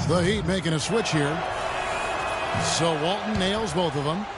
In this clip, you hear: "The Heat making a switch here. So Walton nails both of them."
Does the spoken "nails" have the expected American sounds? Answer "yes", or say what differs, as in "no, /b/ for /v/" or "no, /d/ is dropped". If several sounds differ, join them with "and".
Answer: yes